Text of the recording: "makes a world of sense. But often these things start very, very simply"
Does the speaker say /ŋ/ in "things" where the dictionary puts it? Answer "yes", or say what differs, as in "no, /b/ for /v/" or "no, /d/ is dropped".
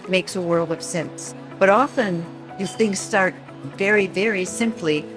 yes